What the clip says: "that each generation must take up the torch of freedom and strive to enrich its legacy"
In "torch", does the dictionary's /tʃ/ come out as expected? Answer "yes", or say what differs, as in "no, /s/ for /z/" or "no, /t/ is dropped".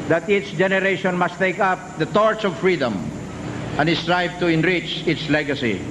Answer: no, /s/ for /tʃ/